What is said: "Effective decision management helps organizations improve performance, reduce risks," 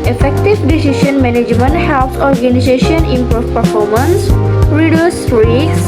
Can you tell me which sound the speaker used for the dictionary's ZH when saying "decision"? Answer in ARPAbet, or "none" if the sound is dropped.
SH